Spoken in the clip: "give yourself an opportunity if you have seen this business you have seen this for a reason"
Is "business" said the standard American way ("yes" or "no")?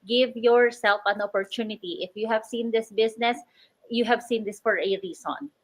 no